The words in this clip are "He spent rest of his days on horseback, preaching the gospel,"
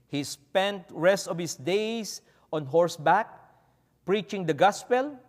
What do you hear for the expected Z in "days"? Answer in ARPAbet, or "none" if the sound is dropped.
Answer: S